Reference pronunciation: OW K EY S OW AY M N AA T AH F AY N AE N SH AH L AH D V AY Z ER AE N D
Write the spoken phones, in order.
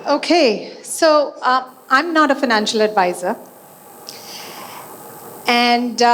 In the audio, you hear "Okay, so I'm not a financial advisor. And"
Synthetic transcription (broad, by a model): OW K EY S OW AY M N AA T AH F AY N AE N SH AH L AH D V AY Z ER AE N D